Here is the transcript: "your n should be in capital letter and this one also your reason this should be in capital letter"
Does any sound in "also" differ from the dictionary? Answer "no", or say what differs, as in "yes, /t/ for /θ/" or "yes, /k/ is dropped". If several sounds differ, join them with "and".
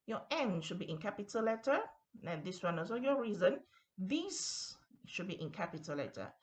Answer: yes, /l/ is dropped